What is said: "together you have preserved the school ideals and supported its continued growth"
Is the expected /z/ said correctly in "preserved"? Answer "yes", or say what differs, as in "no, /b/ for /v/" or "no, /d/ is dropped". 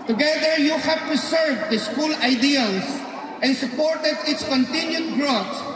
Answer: no, /s/ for /z/